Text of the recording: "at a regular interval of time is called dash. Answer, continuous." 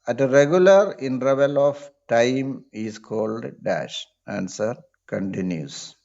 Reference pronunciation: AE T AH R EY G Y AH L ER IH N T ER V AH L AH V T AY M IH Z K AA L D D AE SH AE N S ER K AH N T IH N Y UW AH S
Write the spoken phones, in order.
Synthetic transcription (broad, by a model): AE T AH R EY G Y AH L ER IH N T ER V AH L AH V T AY M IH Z K AA L D D AE SH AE N S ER K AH N T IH N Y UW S